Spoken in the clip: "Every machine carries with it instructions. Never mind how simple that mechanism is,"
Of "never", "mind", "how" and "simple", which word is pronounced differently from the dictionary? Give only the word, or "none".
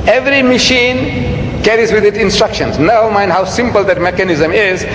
never